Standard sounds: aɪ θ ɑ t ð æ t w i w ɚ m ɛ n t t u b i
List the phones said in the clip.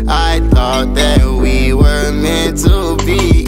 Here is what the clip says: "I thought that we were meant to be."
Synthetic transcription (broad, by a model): aɪ θ ɑ t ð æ t w i w ɚ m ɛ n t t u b i